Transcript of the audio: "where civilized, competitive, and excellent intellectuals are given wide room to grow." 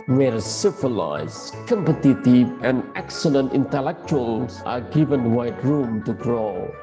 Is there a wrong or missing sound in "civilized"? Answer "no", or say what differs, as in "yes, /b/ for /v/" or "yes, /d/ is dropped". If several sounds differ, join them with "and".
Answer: yes, /f/ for /v/